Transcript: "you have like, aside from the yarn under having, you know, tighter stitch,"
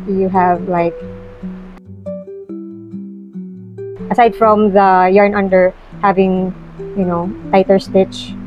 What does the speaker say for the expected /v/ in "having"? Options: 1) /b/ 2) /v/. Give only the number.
2